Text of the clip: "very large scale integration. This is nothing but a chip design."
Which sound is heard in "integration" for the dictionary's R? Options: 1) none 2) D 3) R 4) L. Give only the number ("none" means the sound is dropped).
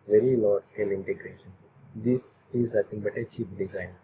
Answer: 3